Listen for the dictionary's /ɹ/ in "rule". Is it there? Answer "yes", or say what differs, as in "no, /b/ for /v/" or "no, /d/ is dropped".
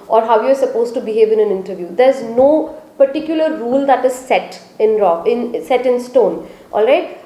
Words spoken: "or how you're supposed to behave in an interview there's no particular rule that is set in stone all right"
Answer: yes